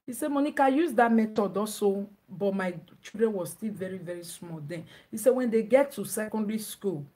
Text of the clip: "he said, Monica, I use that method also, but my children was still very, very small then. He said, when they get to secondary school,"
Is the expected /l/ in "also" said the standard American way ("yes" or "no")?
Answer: no